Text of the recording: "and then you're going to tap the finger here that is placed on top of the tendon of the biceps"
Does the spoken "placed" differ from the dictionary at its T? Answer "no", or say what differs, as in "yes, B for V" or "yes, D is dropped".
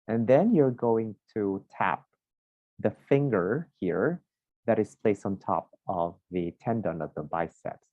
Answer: no